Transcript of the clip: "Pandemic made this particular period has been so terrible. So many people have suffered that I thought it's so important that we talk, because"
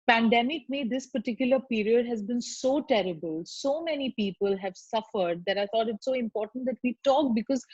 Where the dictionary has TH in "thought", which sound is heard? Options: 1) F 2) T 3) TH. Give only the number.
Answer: 2